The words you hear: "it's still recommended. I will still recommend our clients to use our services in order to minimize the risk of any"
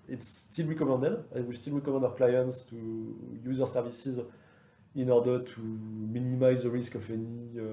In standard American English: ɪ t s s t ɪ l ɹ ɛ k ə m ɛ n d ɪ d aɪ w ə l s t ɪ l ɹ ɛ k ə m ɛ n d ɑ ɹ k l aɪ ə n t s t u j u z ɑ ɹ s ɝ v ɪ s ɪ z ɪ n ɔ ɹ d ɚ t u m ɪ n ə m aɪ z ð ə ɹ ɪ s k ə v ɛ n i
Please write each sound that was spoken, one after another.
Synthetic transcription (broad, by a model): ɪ t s s t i l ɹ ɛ k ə m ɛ n d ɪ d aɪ w ə l s t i l ɹ ɛ k ə m ɛ n d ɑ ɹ k l aɪ ə n t s t u j u z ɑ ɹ s ɝ v ɪ s ɪ z ɪ n ɔ ɹ d ɚ t u m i n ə m aɪ z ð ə ɹ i s k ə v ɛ n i